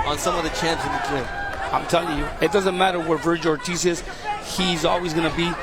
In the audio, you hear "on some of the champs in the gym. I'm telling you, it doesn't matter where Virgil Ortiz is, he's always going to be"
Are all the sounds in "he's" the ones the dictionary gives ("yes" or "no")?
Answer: yes